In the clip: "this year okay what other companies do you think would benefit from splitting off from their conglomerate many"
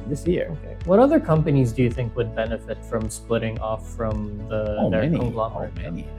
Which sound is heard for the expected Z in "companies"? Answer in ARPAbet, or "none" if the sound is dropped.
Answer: Z